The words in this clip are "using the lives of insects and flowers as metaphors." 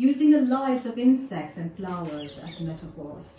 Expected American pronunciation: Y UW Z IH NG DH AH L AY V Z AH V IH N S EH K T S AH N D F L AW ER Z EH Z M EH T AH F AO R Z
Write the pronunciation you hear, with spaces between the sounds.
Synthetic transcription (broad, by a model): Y UW Z IH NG DH AH L AY Z AH V IH N S EH K T S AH N F L AW ER Z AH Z M EH T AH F AO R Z